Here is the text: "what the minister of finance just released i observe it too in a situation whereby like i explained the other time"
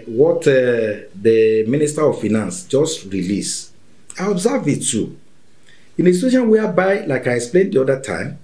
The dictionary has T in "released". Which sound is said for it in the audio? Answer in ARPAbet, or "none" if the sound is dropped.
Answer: none